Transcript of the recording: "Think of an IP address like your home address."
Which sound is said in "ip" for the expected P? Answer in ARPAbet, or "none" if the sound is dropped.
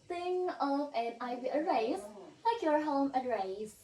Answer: B